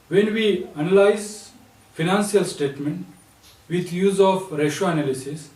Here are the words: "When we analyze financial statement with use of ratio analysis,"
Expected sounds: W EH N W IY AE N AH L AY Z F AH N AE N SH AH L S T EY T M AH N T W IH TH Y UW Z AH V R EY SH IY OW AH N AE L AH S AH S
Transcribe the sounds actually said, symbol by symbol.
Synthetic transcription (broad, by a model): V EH N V IY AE N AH L AY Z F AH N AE N S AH L S T EY T M AH N T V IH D Y UW Z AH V R EY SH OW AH N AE L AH S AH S